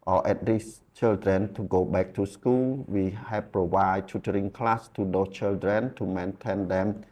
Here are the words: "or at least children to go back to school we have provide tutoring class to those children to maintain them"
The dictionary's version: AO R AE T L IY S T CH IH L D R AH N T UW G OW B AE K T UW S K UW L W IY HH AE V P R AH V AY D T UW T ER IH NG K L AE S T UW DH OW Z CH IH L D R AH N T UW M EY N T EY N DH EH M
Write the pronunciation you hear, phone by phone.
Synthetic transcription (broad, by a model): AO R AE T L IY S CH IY L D R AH N T UW G OW B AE K T UW S K UW L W IY HH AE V P R AH V AY D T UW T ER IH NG K L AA S T UW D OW CH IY L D R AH N T UW M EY N T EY N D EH M